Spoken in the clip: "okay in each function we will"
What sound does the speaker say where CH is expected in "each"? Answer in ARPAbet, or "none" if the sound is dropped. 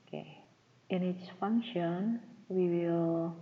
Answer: S